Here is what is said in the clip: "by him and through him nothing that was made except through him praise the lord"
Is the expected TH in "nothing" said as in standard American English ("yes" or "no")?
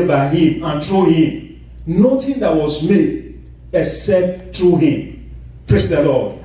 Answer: no